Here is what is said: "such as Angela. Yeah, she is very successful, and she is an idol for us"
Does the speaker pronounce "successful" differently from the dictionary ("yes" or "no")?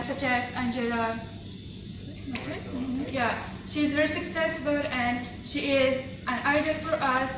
no